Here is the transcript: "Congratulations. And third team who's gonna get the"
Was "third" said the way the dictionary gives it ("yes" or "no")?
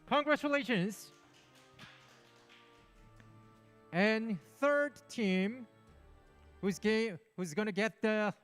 yes